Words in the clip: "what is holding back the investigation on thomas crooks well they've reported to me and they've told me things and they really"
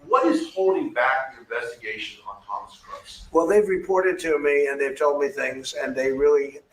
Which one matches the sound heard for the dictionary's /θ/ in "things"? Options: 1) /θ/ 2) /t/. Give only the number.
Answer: 1